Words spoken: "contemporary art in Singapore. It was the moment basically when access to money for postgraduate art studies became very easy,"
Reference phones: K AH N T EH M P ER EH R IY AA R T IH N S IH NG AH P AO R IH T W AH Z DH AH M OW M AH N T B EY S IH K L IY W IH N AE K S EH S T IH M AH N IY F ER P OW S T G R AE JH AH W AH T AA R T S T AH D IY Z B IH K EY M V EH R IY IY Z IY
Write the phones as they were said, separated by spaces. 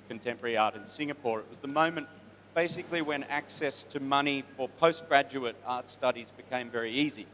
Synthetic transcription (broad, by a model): K N T EH M P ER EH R IY AA R T IH N S IH NG AH P AO R IH T W AH Z DH AH M OW M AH N B EY S IH K L IY W IH N AE K S EH S T IH M AH N IY F ER P OW S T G R AE JH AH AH T AA R T S T AH D IY Z B IH K EY M V EH R IY IY Z IY